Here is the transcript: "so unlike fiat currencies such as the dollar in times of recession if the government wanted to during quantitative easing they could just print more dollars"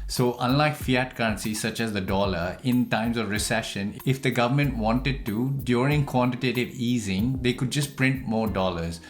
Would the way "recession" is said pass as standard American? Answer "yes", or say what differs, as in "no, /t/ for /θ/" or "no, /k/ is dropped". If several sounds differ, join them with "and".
yes